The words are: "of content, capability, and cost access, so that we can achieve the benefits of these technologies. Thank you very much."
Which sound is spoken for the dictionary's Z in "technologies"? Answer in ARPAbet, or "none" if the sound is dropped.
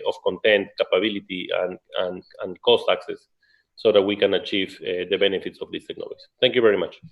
none